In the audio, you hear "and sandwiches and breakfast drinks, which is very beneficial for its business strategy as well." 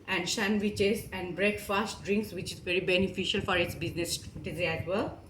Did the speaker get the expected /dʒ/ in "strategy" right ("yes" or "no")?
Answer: no